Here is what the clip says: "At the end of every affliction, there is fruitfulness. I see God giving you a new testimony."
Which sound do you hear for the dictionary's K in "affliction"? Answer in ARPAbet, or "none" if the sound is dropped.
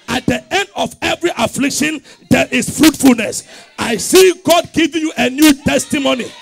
K